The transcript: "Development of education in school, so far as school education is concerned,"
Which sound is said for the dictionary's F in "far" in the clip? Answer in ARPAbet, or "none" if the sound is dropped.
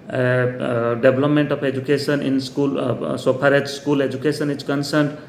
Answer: P